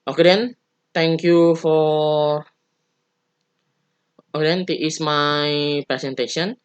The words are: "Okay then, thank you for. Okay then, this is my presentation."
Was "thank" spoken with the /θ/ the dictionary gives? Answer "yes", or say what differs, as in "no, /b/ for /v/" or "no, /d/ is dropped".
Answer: no, /t/ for /θ/